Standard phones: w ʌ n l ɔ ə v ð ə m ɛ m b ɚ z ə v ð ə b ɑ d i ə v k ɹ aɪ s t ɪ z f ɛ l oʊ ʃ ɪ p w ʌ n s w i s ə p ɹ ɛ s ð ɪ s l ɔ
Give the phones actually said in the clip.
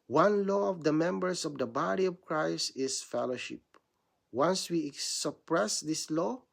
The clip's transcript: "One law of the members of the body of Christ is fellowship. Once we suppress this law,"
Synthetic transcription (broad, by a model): w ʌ n l ɔ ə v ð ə m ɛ m b ɚ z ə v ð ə b ɑ d i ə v k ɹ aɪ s ɪ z f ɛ l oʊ ʃ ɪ p w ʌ n s w i s ə p ɹ ɛ s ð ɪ s l ɔ